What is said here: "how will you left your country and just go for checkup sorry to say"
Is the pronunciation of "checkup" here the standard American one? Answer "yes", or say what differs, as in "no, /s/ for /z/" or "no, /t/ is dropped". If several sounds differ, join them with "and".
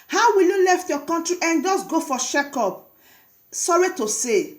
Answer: no, /ʃ/ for /tʃ/